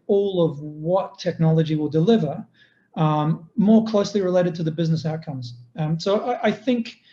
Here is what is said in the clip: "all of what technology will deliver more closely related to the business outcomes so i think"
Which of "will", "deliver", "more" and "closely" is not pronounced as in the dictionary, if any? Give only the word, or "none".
none